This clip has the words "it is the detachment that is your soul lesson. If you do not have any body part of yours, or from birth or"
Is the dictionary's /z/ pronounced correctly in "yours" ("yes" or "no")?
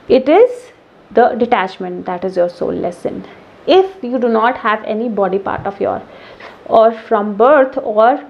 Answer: no